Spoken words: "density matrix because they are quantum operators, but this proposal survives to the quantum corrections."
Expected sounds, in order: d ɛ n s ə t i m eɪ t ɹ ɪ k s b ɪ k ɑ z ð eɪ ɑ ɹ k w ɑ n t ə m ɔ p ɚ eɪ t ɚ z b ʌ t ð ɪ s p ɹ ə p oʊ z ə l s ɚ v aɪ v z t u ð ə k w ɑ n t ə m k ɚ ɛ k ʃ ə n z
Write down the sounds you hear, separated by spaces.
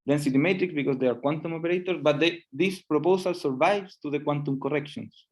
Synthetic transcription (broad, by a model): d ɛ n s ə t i m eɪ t ɹ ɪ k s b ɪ k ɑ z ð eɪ ɑ ɹ k w ɑ n t ə m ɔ p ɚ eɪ t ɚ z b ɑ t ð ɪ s p ɹ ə p oʊ s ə l s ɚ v aɪ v s t u ð ə k w ɑ n t ə m k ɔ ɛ k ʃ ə n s